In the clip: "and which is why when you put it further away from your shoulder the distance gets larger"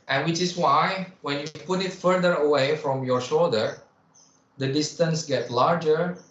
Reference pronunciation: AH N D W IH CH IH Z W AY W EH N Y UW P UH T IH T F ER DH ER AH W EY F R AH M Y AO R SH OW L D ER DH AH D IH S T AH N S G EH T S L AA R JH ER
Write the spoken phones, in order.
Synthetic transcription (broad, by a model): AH N W IH CH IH S W AY W EH N Y UW P UH T IH T F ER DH ER AH W EY F R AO M Y AO R SH OW L D ER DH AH D IH S T AH N S G EH T L AA R JH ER